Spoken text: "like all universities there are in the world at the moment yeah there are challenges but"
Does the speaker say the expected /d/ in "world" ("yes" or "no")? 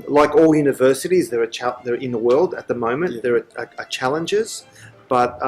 yes